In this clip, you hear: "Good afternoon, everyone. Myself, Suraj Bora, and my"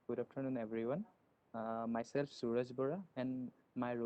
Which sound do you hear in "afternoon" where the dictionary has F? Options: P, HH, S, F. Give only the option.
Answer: P